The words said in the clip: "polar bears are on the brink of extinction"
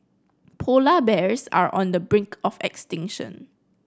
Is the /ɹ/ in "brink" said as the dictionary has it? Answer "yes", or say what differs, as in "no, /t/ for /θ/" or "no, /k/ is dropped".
yes